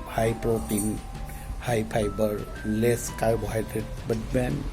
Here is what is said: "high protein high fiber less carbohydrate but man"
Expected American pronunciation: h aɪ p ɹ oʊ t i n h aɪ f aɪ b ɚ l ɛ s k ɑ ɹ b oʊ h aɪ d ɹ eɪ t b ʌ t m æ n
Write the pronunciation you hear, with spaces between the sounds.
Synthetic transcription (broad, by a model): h aɪ p ɹ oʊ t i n h aɪ p aɪ b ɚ l ɛ s k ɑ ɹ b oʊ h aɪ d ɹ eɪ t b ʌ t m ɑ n